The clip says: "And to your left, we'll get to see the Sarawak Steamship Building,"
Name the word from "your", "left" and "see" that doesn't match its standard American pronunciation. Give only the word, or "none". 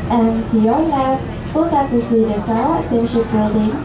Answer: left